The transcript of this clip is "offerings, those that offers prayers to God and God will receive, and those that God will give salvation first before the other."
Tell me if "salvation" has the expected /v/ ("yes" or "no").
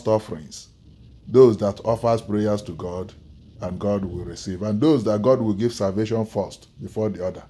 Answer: yes